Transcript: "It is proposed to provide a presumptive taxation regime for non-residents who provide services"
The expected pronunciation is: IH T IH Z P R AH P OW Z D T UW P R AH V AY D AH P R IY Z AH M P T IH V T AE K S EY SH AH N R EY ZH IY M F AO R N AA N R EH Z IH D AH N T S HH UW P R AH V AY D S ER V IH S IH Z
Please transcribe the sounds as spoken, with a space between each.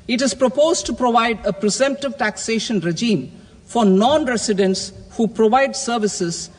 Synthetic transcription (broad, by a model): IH T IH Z P R AH P OW Z D T UW P R AH V AY D AH P R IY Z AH M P T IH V T AE K S EY SH AH N R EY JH IY M F AO R N AA N R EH S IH D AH N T S HH UW P R AH V AY D S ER V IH S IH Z